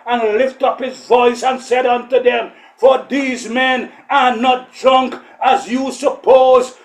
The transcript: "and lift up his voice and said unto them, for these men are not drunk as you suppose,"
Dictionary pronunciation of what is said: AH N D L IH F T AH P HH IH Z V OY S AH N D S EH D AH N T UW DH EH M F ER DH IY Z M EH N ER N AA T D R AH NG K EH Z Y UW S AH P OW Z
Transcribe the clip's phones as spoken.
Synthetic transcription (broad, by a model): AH N L IH F T AH P HH IH Z V OY S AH N S EH D AH N T UW DH EH M F ER DH IY Z M EH N ER N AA T D R AH NG K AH Z Y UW S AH P OW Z